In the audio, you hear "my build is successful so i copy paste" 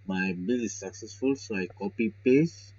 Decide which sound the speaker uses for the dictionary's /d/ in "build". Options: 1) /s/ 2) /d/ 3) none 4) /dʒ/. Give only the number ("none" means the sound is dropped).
3